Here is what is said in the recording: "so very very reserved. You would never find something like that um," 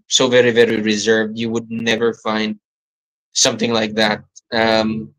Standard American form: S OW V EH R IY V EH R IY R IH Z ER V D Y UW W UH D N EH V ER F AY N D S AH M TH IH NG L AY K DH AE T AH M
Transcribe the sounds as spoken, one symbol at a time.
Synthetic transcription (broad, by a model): S OW V EH R IY V EH R IY R IH Z ER V D Y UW W UH D N EH V ER F AY N D S AH M TH IH NG L AY K DH AE T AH M